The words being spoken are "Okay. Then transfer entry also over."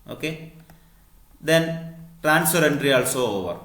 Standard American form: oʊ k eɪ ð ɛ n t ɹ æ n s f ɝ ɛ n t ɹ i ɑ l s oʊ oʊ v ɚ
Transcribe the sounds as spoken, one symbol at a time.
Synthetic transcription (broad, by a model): oʊ k eɪ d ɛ n t ɹ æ n s p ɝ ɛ n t ɹ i ɑ l s oʊ oʊ v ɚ